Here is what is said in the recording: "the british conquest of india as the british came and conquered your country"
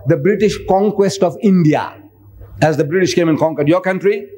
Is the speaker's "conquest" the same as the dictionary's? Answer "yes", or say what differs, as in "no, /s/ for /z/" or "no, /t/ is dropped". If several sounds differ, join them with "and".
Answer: yes